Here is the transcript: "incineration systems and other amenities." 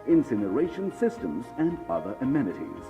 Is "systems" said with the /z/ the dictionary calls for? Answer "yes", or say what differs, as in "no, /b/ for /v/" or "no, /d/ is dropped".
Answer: yes